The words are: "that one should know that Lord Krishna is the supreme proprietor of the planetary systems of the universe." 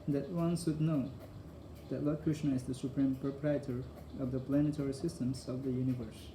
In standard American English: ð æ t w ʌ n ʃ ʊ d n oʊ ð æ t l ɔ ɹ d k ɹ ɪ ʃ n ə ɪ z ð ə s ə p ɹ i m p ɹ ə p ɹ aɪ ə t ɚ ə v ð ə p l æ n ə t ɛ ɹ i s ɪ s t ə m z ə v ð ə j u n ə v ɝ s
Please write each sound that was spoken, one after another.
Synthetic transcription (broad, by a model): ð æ t w ʌ n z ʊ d n oʊ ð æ t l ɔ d k ɹ ɪ ʃ n ə ɪ z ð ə s ə p ɹ i m p ɹ ə p ɹ aɪ ə t ɚ ə v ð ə p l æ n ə t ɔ ɹ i s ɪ s t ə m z ə v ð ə j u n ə v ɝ s